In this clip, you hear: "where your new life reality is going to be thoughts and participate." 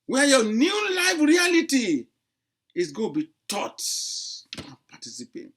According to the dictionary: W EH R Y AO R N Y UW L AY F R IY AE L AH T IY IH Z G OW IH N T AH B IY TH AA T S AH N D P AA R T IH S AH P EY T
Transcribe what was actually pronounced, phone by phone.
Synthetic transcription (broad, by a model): W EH Y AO N Y UW L AY F R IY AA L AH T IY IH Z G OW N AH B IY T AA T AH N P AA T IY S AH P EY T